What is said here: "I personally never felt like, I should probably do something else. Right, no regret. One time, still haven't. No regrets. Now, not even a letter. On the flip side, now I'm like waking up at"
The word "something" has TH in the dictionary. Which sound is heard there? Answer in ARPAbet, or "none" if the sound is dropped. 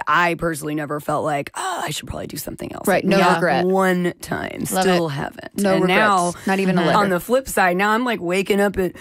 TH